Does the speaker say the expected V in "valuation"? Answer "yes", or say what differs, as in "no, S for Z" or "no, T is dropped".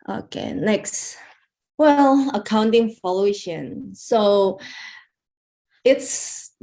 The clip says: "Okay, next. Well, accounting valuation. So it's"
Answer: no, F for V